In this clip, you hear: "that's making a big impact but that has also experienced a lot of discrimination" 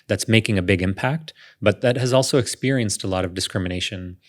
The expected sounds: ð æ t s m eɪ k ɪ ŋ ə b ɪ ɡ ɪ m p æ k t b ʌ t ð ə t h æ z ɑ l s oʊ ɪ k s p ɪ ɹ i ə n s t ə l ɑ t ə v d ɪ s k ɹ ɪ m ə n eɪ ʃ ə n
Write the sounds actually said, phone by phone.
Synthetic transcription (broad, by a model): ð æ t s m eɪ k ɪ ŋ ə b ɪ ɡ ɪ m p æ k t b ʌ t ð ə t h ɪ z ɑ l s oʊ ɪ k s p ɪ ɹ i ə n s t ə l ɑ t ə v d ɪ s k ɹ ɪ m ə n eɪ ʃ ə n